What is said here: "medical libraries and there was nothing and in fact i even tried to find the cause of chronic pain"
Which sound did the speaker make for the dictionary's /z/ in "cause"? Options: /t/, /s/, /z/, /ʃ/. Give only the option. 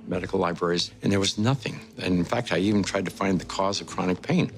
/z/